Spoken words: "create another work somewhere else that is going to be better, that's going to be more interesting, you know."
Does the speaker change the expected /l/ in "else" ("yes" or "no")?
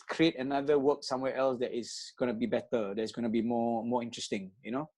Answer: no